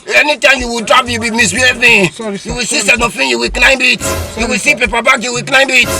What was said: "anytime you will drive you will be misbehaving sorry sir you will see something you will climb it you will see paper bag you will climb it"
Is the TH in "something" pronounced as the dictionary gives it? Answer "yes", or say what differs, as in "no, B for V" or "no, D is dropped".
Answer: no, F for TH